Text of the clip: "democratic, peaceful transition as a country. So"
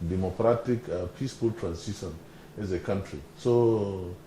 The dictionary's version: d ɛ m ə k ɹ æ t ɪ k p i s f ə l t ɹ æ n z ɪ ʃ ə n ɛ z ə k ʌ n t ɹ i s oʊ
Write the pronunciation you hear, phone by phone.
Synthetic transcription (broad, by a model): d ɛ m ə k ɹ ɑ t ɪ k p i s f ə l t ɹ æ n s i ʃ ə n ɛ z ə k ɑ n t ɹ i s oʊ